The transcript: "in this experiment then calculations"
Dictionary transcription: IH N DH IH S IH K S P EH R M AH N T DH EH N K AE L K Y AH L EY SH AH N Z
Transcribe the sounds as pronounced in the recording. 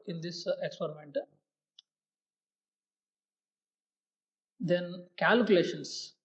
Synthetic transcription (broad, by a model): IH N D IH S IH K S P EH R M AH N T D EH N K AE L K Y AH L EY SH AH N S